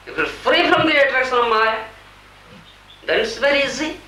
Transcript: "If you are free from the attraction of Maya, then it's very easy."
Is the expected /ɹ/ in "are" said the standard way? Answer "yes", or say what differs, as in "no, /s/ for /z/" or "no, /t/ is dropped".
no, /l/ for /ɹ/